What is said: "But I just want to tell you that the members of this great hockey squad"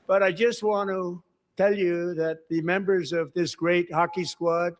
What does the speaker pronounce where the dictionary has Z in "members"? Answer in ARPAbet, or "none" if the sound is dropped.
Z